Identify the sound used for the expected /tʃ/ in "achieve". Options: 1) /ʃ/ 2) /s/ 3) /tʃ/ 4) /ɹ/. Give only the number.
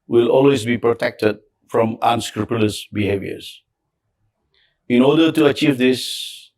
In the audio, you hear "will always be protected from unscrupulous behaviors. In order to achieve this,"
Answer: 3